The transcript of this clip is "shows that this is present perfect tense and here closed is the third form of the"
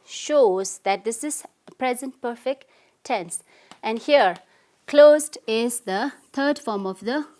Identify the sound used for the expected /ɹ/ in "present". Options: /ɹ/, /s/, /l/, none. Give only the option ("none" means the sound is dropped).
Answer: /ɹ/